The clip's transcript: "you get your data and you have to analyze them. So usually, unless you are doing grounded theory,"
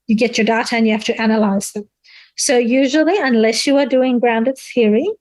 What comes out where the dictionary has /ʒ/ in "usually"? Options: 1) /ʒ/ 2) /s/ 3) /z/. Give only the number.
1